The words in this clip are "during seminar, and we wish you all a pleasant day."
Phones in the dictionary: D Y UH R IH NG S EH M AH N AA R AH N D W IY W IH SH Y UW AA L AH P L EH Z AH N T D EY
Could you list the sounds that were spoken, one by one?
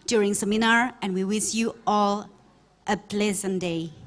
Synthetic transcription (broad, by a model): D Y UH R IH NG S EH M AH N AA R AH N W IY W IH S Y UW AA L AH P L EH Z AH N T D EY